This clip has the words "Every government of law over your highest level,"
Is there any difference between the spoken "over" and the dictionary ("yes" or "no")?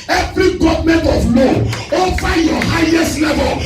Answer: yes